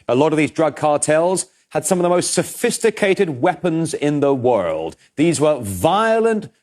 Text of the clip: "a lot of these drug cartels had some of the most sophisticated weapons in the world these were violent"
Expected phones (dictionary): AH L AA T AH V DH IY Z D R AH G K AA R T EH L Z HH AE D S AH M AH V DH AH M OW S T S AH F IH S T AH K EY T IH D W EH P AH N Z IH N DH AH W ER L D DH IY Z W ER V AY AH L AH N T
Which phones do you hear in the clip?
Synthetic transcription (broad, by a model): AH L AA T AH V DH IY Z D R AH G K AA R T EH L Z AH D S AH M AH V DH AH M OW S T S AH F IH S T AH K EY T IH D W EH P AH N Z IH N DH AH W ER L D DH IY Z W ER V AY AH L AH N T